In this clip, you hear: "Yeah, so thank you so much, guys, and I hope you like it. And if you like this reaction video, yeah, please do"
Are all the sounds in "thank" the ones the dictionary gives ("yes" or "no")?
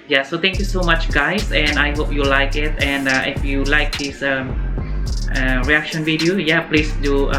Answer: no